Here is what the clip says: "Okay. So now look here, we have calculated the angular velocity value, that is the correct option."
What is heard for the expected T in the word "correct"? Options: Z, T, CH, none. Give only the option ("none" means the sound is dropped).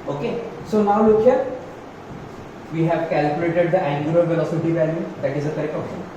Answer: none